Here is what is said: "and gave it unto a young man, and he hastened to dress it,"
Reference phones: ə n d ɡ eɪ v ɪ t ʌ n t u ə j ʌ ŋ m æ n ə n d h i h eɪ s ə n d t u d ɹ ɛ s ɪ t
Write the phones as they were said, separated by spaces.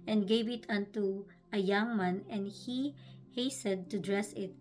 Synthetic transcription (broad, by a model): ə n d ɡ eɪ v ɪ t ʌ n t u ə j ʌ ŋ m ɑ n ə n d h i h eɪ s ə d t u d ɹ ɛ s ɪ t